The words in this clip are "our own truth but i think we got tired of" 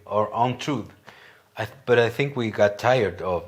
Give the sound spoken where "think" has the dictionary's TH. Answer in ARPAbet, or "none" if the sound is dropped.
TH